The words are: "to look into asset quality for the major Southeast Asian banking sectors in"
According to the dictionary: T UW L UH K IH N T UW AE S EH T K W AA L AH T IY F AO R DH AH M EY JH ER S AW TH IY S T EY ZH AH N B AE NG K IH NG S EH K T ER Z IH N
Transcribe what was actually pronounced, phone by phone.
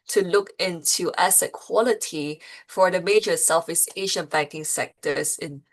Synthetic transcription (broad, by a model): T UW L UH K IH N T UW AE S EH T K W AA L AH T IY F AO R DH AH M EY JH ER S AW F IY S EY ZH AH N B AE NG K IH NG S EH K T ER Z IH N